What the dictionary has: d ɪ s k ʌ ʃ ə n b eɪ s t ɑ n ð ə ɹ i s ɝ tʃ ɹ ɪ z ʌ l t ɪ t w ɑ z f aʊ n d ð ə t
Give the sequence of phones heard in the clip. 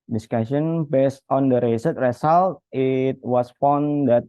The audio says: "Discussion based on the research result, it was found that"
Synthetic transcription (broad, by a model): d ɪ s k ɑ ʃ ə n b eɪ s t ɑ n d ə ɹ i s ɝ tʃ ɹ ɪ s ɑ l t ɪ t w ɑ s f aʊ n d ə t